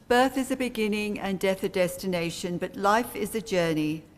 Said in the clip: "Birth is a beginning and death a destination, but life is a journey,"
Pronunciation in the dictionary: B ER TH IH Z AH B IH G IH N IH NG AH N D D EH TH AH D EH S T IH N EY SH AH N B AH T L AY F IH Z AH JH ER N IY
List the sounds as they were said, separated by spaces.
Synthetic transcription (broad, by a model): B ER TH IH Z AH B IH G IH N IH NG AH N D D EH TH AH D EH S T IH N EY SH AH N B AH T L AY F IH Z AH JH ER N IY